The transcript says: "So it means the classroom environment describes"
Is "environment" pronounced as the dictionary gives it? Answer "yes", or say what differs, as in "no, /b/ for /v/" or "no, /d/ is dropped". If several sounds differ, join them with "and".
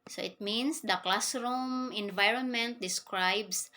yes